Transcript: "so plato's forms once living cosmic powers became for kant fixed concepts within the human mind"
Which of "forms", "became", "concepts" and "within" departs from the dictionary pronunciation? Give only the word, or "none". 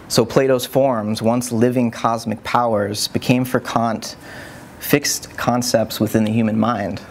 none